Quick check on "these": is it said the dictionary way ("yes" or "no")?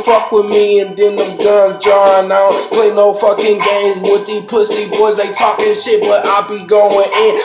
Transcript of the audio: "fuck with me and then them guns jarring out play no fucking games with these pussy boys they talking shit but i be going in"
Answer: no